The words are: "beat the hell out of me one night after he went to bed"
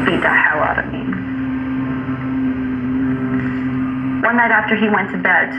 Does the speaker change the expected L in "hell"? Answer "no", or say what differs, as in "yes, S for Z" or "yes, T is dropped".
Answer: yes, W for L